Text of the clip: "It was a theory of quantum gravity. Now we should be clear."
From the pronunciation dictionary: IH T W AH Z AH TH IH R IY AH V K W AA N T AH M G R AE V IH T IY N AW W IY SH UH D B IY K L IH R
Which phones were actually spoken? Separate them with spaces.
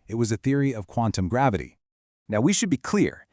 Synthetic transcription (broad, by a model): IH T W AH Z AH TH IH R IY AH V K W AA N T AH M G R AE V IH T IY N AW W IY SH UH D B IY K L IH R